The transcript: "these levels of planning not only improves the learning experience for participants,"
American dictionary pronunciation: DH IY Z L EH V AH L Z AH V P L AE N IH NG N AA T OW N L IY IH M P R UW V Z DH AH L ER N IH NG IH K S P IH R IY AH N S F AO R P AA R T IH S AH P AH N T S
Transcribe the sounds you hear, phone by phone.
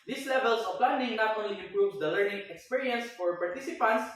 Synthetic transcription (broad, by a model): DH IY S L EH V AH L S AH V P L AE N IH NG N AA T OW N L IY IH M P R UW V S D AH L ER N IH NG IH K S P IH R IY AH N S F AO R P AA R T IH S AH P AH N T S